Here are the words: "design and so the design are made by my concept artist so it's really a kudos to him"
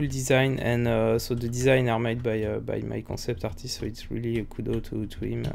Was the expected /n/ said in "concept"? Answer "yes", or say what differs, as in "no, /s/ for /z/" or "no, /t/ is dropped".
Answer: no, /n/ is dropped